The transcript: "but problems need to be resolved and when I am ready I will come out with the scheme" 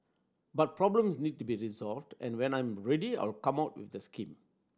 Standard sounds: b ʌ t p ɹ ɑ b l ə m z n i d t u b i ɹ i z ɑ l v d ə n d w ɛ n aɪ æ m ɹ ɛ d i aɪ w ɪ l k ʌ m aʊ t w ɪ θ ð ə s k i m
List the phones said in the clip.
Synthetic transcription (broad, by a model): b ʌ t p ɹ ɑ b l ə m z n i d t u b i ɹ i z ɑ l v d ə n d w ɛ n aɪ m ɹ ɛ d i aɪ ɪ l k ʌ m aʊ t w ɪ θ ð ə s k i m